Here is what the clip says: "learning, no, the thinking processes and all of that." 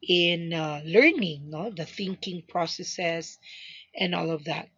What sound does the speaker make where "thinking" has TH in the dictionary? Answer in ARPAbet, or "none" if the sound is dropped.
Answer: TH